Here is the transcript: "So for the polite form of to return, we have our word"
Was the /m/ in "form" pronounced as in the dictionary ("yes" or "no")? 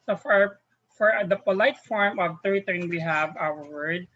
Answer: yes